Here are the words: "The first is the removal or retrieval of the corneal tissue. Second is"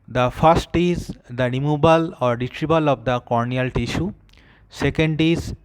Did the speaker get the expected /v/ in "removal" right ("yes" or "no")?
no